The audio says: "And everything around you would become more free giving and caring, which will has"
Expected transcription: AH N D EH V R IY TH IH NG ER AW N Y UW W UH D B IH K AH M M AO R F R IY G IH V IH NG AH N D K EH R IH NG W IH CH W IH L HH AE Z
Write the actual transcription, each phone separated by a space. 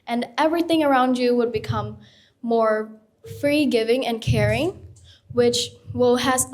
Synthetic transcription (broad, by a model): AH N EH V R IY TH IH NG ER AW N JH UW W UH D B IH K AH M M AO R F R IY G IH V IH NG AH N K EH R IH NG W IH CH W IH L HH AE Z